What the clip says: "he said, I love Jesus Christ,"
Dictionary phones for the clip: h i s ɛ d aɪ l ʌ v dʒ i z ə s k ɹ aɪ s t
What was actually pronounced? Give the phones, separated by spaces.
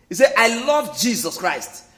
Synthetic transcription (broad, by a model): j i s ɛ aɪ l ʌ v dʒ i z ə s k ɹ aɪ s t